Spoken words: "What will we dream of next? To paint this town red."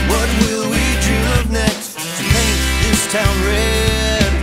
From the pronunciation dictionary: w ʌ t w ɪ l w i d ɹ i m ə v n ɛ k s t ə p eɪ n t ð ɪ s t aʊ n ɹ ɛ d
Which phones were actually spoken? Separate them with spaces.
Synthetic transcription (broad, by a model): w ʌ t w ɪ l w i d u ə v n ɛ k s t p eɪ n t ð ɪ s t aʊ n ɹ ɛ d